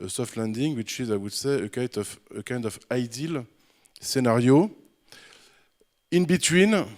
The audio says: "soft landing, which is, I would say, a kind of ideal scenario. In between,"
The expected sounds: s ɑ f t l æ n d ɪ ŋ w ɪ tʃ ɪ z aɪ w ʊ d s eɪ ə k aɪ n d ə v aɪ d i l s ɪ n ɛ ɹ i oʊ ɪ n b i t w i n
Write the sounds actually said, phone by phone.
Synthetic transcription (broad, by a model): s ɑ f t l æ n d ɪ ŋ w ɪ tʃ ɪ z aɪ w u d s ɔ ə k aɪ n d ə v aɪ d i l s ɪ n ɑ ɹ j oʊ ɪ n b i t w i n